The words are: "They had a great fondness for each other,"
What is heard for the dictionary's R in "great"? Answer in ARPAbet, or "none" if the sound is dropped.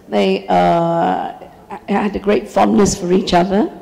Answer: R